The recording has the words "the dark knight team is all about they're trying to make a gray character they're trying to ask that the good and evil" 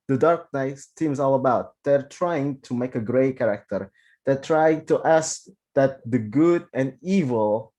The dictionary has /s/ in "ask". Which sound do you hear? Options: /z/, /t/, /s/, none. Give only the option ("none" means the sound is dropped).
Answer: /s/